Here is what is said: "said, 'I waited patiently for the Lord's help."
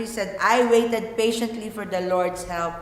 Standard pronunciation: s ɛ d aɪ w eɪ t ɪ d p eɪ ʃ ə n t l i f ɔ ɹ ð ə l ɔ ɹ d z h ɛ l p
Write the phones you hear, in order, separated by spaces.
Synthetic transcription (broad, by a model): s ɛ d aɪ w eɪ t ɪ d p eɪ ʃ ə n t l i f ɔ ɹ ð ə l ɔ ɹ d s h ɛ l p